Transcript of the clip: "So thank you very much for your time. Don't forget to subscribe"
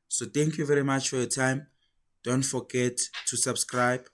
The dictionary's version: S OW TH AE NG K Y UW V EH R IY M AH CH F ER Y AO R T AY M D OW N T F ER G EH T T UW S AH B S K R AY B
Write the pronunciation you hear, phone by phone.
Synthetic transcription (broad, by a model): S OW T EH NG K Y UW V EH R IY M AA CH F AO Y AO T AY M D OW N T F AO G EH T T UW S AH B S K R AY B